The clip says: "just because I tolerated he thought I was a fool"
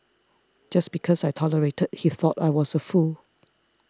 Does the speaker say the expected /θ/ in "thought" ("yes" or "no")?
yes